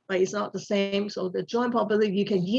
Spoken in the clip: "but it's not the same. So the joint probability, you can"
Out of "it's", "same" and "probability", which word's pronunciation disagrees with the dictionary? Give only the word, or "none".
probability